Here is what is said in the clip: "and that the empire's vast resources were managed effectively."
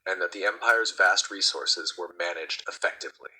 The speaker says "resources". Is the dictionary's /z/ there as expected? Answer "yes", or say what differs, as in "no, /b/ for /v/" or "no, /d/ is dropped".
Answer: yes